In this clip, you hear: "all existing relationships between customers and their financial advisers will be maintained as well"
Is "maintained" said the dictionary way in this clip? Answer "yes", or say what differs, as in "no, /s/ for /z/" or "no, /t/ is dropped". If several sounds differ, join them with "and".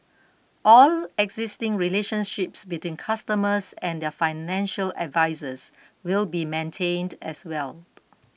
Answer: yes